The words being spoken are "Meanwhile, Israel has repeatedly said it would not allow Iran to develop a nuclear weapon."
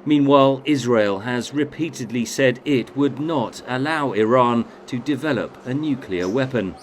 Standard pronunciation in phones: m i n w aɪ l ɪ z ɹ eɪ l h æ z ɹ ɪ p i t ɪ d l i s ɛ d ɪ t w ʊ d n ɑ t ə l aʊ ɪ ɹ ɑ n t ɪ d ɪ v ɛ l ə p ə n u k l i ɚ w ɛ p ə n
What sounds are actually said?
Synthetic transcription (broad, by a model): m i n w aɪ l ɪ z ɹ eɪ l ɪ z ɹ ɪ p i t ɪ d l i s ɛ d ɪ t w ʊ d n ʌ t ə l aʊ ɪ ɹ ɑ n t ɪ d ɪ v ɛ l ə p ə n u k l i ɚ w ɛ p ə n